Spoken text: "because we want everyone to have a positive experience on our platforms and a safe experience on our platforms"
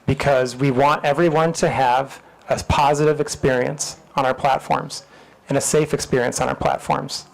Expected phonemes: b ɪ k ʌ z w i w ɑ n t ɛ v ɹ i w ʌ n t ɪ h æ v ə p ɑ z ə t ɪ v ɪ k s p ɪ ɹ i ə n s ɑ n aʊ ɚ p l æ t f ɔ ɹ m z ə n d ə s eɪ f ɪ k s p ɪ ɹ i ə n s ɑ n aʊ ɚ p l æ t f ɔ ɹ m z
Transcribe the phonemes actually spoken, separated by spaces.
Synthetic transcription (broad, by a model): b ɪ k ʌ z w i w ɑ n t ɛ v ɹ i w ʌ n t ɪ v ə p ɑ z ə t ɪ v ɪ k s p ɪ ɹ i ə n s n aʊ ɚ p l æ t f ɔ ɹ m z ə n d ə s eɪ f ɪ k s p ɪ ɹ i ə n s n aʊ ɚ p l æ t f ɔ ɹ m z